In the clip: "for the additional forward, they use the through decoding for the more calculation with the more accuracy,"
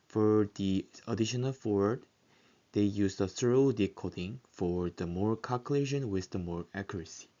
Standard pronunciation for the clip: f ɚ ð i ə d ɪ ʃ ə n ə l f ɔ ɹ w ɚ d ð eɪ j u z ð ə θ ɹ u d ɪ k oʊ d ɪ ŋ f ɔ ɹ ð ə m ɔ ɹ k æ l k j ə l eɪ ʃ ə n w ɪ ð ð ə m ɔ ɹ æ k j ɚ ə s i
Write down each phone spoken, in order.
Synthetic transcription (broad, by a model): f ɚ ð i ə d ɪ ʃ ə n ə l f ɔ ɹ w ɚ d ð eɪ j u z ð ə s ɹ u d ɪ k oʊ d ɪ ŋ f ɔ ɹ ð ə m ɔ ɹ k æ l k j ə l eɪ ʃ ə n w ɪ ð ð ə m ɔ ɹ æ k j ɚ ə s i